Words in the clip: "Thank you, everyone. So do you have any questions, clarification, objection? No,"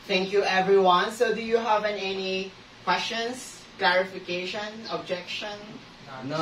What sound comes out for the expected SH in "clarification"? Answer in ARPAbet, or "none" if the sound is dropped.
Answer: SH